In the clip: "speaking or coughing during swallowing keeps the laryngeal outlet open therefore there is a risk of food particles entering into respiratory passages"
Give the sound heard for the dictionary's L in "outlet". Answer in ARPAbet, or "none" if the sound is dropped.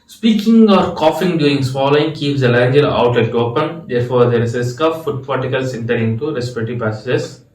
none